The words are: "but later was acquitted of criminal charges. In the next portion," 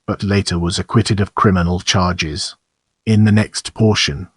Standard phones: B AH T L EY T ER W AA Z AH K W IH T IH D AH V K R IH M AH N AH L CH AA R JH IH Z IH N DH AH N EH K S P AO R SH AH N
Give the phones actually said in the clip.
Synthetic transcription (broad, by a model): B AH T L EY T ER W AA Z AH K W IH T IH D AH V K R IH M AH N AH L CH AA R JH IH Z IH N DH AH N EH K S P AO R SH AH N